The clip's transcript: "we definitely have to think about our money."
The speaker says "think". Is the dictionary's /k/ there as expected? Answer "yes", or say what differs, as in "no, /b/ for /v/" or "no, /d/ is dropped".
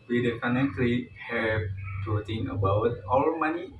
no, /k/ is dropped